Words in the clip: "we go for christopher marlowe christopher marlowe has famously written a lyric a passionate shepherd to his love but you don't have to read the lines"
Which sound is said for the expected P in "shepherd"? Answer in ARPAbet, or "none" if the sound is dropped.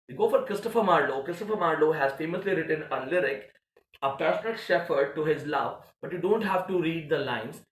F